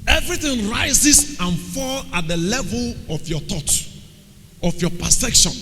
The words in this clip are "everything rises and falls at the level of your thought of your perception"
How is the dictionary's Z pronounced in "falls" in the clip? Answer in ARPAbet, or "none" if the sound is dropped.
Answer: none